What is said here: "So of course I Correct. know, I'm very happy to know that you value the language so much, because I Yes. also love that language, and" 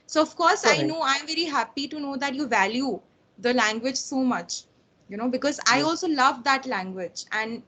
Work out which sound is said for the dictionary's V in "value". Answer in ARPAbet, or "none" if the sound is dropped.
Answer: V